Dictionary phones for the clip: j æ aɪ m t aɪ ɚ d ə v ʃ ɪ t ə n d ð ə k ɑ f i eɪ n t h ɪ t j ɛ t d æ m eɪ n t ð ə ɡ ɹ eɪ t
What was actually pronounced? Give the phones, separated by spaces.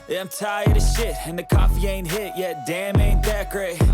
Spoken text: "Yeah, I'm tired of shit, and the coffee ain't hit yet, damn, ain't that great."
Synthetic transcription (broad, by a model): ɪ aɪ m t aɪ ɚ d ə ʃ ɪ t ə n ð ə k ɑ f i eɪ n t h ɪ t j ɛ t d æ m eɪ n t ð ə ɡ ɹ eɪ